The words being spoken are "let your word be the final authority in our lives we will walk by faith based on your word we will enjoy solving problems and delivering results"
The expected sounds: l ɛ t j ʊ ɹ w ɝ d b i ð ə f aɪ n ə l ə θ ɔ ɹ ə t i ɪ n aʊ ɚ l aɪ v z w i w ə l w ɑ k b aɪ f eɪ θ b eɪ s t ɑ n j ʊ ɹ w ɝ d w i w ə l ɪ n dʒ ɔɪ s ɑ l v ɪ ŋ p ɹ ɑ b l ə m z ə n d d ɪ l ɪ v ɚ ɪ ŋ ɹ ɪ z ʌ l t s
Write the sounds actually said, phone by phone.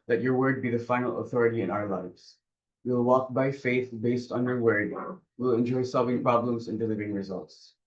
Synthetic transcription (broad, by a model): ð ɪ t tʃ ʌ ɹ w ɝ d b i ð ə f aɪ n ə l ə θ ɔ ɹ ə t i ɪ n aʊ ɚ l aɪ v z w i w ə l w ɑ k b aɪ f eɪ θ b eɪ s t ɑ n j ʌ ɹ w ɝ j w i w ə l ɪ n dʒ ɔɪ s ɑ l v ɪ ŋ p ɹ ɑ b l ə m z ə n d d ɪ l ɪ v ɚ ɪ ŋ ɹ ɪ z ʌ l t s